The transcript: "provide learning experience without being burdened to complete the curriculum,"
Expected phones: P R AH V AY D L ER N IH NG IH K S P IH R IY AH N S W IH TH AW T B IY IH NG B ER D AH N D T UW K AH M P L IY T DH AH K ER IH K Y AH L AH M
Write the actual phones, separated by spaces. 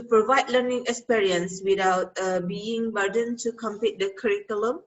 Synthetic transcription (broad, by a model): P R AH V AY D L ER N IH NG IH K S P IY R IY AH N S W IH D AW T B IY IH NG B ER D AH N T UW K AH M P IY T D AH K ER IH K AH L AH M